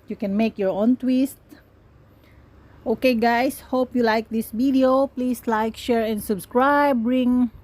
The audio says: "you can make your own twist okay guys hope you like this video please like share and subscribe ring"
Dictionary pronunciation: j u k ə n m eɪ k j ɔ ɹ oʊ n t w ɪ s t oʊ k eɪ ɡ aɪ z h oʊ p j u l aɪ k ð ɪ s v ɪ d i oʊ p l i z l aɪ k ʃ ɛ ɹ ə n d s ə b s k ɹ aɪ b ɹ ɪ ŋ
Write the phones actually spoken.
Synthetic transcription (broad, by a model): j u k ə n m eɪ k j ɔ ɹ oʊ n t w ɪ s t oʊ k eɪ ɡ aɪ s h oʊ p j u l aɪ k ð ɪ s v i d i oʊ p l i s l aɪ k ʃ ɛ ɹ ə n d s ə b s k ɹ aɪ b ɹ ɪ ŋ